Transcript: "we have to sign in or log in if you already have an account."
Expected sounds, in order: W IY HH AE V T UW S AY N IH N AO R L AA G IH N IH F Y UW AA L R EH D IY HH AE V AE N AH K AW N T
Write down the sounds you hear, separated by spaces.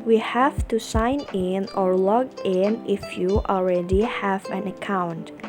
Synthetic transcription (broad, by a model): W IY HH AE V T UW S AY N IH N AO R L AA G IH N IH F Y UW AA L R EH D IY HH AE V AE N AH K AW N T